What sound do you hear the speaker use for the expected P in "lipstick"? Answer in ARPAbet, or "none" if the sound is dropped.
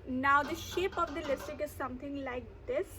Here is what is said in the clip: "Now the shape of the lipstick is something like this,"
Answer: none